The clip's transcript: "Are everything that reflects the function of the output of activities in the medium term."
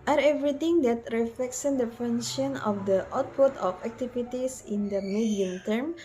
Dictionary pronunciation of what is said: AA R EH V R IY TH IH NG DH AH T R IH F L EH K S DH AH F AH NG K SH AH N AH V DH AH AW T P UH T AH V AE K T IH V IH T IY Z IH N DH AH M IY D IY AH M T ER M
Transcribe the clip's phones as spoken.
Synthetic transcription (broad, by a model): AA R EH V R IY T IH NG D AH T R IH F L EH K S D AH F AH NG SH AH N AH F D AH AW T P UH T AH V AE K T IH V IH T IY S IH N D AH M IY D IY AH M T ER M